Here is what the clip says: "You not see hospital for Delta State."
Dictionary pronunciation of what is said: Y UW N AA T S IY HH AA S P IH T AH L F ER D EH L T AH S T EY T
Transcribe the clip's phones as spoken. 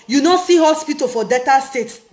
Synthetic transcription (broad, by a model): Y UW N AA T S IY HH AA S P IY T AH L F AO D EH T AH S T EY T